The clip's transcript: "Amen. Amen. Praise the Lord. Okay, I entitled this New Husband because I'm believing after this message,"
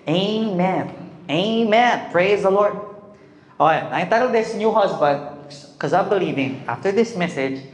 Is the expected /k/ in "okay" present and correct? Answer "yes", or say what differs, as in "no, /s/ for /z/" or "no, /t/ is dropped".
no, /k/ is dropped